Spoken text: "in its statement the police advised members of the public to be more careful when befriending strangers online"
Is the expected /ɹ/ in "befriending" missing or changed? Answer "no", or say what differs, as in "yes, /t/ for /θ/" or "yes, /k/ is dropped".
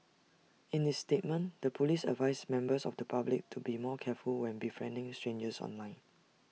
no